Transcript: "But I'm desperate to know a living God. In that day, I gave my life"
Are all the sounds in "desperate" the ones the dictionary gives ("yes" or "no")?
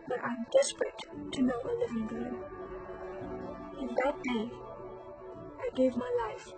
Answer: yes